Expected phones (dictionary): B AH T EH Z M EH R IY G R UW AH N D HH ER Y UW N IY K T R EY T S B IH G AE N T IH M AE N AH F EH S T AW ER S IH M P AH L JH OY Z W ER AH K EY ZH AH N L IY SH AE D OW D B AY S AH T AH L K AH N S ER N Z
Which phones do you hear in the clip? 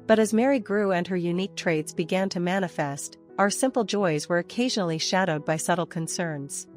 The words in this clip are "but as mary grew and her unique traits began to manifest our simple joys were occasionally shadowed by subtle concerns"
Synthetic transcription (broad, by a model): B AH T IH Z M EH R IY G R UW AH N D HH ER Y UW N IY K T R EY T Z B IH G AE N T IH M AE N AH F EH S T AW ER S IH M P L JH OY Z W ER AH K EY ZH AH N L IY SH AE D OW D B AY S AH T L K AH N S ER N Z